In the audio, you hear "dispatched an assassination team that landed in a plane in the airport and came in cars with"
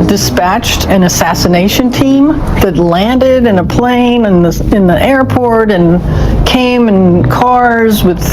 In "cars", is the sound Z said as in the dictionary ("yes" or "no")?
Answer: yes